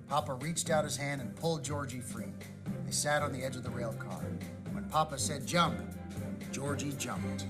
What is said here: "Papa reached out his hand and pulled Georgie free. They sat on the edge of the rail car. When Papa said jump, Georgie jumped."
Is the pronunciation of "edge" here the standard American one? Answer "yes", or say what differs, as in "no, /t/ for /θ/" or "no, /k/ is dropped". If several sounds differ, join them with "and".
yes